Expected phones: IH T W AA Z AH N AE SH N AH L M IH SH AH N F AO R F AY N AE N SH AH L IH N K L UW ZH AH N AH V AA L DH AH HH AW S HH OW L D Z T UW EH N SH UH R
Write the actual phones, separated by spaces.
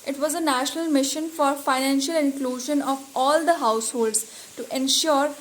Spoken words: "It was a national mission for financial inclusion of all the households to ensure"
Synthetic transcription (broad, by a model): IH T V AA Z AH N AE SH N AH L M IH SH AH N F AO R F AY N AE N SH AH L IH N K L UW ZH AH N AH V AA L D AH HH AW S HH OW L D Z T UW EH N SH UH R